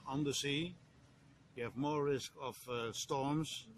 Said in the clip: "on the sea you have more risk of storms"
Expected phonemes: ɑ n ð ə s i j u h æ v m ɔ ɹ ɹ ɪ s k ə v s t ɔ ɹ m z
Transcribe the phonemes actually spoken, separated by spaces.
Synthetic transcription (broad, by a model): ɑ n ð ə s i j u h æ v m ɔ ɹ ɹ ɪ s k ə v s t ɔ ɹ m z